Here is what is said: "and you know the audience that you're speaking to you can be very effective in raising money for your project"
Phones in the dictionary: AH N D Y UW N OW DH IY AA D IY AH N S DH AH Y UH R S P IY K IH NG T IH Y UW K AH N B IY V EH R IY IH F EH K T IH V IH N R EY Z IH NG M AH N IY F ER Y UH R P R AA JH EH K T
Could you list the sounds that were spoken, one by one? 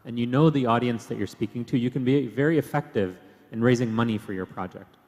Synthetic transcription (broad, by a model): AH N Y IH N OW DH IY AA D IY AH N S DH AH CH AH R S P IY K IH NG T IH Y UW K AH N B IY V EH R IY IH F EH K T IH V IH N R EY Z IH NG M AH N IY F ER Y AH R P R AA JH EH K T